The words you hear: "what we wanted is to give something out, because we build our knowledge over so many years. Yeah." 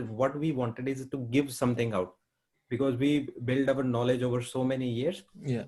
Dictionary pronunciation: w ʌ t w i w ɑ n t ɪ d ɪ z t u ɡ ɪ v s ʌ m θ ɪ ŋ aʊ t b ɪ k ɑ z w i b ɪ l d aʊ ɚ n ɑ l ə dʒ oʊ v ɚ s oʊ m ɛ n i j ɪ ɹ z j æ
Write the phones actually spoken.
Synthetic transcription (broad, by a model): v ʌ t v i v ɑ n t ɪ d ɪ z t u ɡ ɪ v s ʌ m t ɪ ŋ aʊ t b ɪ k ɑ z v i b ɪ l d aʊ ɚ n ɑ l ə dʒ oʊ v ɚ s oʊ m ɛ n i j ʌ ɹ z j